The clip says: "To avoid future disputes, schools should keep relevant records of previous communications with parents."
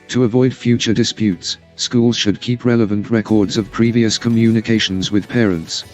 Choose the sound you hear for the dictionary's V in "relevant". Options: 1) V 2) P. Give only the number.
1